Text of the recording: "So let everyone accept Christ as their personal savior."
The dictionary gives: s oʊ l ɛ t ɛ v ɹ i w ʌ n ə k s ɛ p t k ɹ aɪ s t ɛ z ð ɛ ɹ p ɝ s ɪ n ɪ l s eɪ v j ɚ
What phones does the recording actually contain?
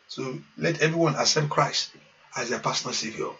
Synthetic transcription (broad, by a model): s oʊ l ɛ t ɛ v ɹ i w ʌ n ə s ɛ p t k ɹ aɪ s t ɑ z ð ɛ p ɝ s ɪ n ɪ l s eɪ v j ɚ